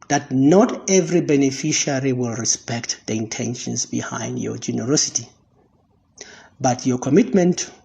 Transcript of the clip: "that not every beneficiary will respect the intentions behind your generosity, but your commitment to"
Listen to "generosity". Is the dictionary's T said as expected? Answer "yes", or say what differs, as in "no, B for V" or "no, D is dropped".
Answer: yes